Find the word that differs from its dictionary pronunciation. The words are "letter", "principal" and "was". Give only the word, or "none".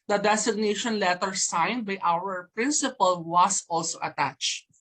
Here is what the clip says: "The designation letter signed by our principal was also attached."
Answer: was